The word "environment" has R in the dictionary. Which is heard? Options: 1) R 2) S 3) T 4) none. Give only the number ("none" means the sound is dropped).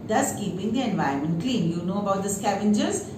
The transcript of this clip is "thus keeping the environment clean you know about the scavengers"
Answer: 4